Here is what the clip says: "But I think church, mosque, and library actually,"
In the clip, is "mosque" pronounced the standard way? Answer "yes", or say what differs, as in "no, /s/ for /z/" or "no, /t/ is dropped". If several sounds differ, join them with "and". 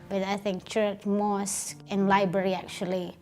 no, /k/ is dropped